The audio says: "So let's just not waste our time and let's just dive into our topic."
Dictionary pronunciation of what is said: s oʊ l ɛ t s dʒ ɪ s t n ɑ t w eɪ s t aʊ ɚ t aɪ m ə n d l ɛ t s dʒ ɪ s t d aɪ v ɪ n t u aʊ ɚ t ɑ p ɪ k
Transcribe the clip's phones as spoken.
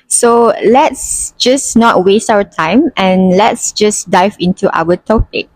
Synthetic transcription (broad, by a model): s oʊ l ɛ t s dʒ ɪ s n ɑ t w eɪ s t aʊ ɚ t aɪ m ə n l ɛ t s dʒ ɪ s d aɪ v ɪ n t u aʊ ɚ t ɑ p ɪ k